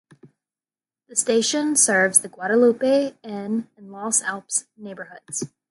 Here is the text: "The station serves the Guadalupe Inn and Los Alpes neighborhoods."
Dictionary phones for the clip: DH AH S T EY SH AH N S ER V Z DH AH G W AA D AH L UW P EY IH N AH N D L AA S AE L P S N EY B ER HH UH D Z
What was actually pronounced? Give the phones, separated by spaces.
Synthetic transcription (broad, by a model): DH AH S T EY SH AH N S ER V Z DH AH G W AA D AH L UW P EY IH N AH N L AA S AE L P S N EY B ER HH UH D Z